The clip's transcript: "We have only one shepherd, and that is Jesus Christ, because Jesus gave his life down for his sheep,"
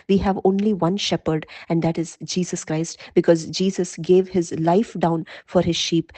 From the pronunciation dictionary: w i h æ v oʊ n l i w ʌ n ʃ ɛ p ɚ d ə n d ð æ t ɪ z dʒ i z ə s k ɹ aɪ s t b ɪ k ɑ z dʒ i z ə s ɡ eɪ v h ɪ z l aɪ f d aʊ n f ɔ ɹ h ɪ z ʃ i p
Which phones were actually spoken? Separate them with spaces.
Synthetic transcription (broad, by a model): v i h æ v oʊ n l i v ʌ n ʃ ɛ p ɚ d ə n d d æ t ɪ z dʒ i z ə s k ɹ aɪ s t b ɪ k ɑ z dʒ i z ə s ɡ eɪ v h ɪ z l aɪ f d aʊ n f ɔ ɹ h ɪ z ʃ i p